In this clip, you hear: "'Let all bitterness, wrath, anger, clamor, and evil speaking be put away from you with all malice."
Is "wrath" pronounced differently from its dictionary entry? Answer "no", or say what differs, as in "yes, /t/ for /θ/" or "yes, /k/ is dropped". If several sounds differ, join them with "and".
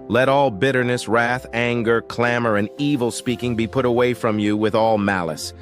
no